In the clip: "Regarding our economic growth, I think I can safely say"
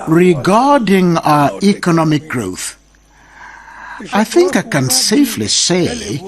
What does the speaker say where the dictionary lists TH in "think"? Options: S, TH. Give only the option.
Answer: TH